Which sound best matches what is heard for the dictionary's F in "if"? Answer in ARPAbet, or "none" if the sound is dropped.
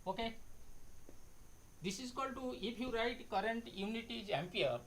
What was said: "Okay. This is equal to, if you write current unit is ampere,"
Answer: P